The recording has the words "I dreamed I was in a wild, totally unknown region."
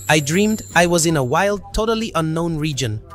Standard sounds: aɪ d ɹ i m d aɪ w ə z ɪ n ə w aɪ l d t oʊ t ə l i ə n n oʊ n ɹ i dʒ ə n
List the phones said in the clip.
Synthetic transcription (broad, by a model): aɪ d ɹ i m d aɪ w ə z ɪ n ə w aɪ l d t oʊ t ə l i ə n n oʊ n ɹ i dʒ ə n